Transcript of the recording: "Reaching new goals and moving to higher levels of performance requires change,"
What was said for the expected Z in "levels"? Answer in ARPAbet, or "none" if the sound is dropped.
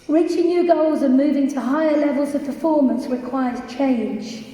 Z